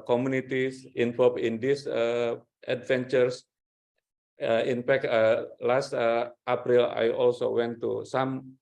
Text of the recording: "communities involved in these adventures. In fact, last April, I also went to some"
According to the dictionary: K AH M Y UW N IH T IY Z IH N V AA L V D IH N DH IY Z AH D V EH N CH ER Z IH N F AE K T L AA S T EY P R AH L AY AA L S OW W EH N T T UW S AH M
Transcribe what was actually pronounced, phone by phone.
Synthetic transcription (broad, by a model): K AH M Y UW N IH T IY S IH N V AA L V IH N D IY S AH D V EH N CH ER S IH N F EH K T L AA S T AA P R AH L AY AA L S OW W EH N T T UW S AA M